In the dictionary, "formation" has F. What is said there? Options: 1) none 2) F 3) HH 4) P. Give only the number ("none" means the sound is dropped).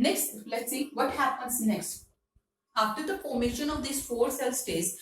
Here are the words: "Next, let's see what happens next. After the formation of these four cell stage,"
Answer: 4